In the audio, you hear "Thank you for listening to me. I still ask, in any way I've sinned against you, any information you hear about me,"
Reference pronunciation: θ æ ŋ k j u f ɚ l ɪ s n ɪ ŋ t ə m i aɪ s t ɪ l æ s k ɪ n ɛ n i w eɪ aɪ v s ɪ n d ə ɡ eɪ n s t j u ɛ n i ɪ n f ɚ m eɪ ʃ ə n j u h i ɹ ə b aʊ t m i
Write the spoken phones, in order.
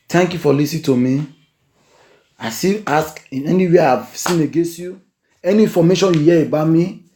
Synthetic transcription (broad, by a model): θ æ ŋ k j u f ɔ l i s ɪ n t ə m i aɪ s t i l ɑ s k ɪ n ɛ n i w eɪ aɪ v s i n ə ɡ eɪ n s t j u ɛ n i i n f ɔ m eɪ ʃ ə n j u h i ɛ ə b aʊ m i